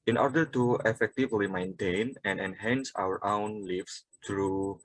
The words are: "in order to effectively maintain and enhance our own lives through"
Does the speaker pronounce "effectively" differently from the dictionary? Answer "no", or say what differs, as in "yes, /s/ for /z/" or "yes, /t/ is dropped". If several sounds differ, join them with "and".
no